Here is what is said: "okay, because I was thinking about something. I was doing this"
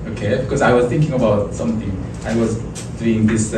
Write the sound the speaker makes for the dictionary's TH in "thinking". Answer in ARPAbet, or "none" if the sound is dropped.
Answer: TH